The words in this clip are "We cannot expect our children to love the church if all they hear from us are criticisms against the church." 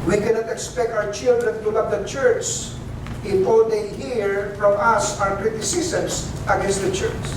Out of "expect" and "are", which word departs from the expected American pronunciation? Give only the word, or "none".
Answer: are